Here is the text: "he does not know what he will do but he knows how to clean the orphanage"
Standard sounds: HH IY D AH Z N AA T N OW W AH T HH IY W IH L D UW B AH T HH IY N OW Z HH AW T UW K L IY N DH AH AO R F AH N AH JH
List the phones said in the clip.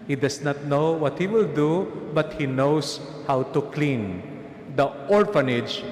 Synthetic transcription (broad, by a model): HH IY D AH S N AA T N OW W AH T HH IY W IH L D UW B AH T HH IY N OW S HH AW T UW K L IY N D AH AO R F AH N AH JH